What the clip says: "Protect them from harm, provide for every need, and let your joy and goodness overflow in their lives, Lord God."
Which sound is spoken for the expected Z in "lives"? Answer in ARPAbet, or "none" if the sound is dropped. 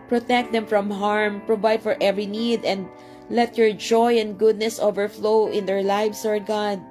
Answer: S